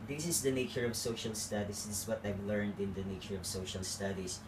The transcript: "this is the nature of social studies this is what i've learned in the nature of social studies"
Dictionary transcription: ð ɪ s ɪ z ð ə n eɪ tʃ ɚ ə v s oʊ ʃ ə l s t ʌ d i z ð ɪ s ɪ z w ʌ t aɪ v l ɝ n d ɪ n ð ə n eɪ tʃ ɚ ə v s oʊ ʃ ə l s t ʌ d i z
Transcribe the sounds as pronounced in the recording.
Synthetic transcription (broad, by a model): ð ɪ s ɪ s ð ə n eɪ tʃ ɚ ə v s oʊ ʃ ə l s t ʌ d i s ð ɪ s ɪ s w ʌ t aɪ v l ɝ n d ɪ n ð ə n eɪ tʃ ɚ ə v s oʊ ʃ ə l s t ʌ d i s